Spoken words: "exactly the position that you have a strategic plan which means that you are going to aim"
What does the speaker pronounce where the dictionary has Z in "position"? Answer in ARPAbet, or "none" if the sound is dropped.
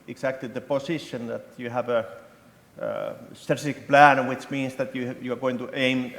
S